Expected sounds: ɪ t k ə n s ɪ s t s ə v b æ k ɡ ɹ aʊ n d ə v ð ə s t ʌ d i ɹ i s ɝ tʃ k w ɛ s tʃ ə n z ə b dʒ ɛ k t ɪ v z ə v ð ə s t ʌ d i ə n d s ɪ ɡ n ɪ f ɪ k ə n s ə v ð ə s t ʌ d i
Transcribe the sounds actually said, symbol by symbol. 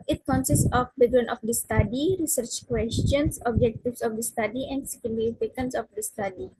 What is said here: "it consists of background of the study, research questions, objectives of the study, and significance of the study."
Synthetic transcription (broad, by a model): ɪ t k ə n s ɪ s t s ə f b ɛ ɡ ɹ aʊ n ə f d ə s t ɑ d i ɹ i s ɝ tʃ k w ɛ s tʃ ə n s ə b dʒ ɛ k t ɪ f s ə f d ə s t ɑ d i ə n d s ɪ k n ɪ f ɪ k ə n s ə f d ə s t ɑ d i